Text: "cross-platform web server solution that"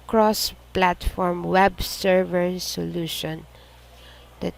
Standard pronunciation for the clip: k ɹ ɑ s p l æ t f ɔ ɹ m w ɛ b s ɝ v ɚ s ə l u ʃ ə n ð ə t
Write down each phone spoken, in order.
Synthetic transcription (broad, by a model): k ɹ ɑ s p l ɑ t f ɔ ɹ m w ɛ b s ɝ v ɚ s ə l u ʃ ə n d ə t